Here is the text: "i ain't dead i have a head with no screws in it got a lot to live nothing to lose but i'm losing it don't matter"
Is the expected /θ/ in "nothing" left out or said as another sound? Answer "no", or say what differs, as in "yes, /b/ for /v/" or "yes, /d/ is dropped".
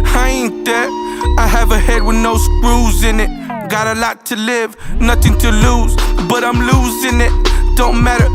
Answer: no